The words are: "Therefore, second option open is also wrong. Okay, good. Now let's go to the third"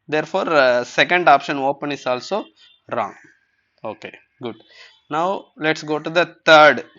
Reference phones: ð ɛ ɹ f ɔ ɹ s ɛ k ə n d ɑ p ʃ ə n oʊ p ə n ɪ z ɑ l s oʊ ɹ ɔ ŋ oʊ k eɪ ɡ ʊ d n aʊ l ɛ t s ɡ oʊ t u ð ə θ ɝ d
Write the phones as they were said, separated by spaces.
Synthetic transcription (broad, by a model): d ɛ ɹ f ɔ ɹ s ɛ k ə n d ɑ p ʃ ə n oʊ p ə n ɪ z ɑ l s oʊ ɹ ɔ ŋ oʊ k eɪ ɡ ʊ d n aʊ l ɛ t s ɡ oʊ t u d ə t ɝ d